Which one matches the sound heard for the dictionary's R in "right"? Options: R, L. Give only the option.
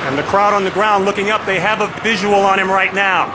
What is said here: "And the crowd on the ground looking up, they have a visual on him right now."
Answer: R